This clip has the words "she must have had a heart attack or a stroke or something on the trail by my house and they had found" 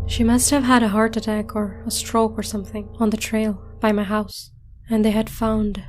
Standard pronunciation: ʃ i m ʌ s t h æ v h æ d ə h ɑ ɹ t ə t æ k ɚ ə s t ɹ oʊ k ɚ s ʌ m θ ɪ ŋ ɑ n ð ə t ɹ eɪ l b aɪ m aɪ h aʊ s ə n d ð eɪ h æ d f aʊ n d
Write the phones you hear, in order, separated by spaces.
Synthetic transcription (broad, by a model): ʃ i m ʌ s t h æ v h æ d ə h ɑ ɹ t ə t æ k ɚ ə s t ɹ oʊ k ɚ s ʌ m θ ɪ ŋ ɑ n ð ə t ɹ eɪ l b aɪ m aɪ h aʊ s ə n ð eɪ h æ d f aʊ n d